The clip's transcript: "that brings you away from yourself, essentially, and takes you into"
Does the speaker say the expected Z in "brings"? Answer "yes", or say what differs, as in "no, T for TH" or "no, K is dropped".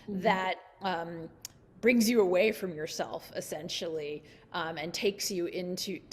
yes